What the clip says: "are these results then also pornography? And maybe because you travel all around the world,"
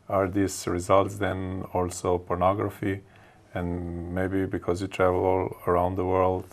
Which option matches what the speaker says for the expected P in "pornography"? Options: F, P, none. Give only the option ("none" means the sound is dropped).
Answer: P